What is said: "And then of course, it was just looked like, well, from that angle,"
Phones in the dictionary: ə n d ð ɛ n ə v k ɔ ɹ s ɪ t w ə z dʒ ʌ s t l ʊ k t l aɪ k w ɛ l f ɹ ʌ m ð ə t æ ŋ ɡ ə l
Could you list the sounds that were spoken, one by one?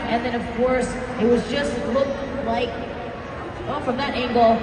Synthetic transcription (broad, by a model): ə n ð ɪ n ə v k ɔ ɹ s ɪ t w ə z dʒ ʌ s t l ʊ k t l aɪ k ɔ f ɹ ʌ m ð ə t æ ŋ ɡ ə l